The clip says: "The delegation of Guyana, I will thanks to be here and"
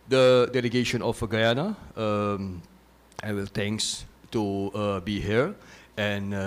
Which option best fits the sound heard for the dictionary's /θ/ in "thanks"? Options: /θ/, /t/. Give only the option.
/t/